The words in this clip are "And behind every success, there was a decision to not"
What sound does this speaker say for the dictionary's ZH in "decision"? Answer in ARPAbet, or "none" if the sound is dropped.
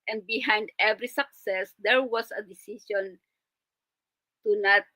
SH